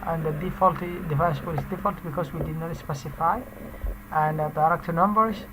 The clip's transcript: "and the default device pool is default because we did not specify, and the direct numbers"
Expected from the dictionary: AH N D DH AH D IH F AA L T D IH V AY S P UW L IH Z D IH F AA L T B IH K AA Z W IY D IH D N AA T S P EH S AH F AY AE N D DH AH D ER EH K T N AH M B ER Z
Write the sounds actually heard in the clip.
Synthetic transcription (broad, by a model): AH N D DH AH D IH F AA L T D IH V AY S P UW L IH S D IH F AA L T B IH K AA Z W IY D IH D N AA T S P EH S AH F AY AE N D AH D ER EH K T N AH M B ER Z